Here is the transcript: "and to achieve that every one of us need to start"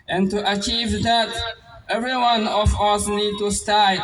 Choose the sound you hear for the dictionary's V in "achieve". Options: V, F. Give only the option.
V